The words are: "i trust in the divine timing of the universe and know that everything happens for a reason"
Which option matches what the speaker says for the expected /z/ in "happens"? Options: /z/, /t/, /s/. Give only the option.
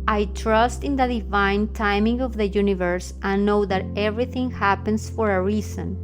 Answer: /s/